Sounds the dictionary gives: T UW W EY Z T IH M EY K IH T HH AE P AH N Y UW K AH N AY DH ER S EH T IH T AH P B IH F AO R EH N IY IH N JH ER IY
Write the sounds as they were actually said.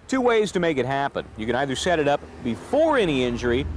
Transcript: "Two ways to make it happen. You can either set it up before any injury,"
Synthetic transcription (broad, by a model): T UW W EY Z T IH M EY K IH T HH AE P AH N Y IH K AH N AY DH ER S EH T IH T AH P B IH F AO R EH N IY IH N JH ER IY